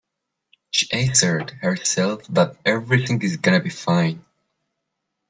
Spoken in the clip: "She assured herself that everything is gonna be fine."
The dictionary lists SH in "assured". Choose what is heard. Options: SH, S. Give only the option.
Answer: S